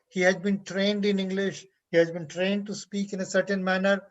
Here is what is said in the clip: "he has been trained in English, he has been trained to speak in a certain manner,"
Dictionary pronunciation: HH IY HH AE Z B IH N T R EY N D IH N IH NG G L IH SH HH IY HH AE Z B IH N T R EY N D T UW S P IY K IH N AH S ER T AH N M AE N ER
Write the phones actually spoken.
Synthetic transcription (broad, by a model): HH IY HH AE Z B IH N T R EY N D IH N IH NG G L IH SH HH IY HH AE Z B IH N T R EY N D T UW S P IY K IH N AH S ER T AH N M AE N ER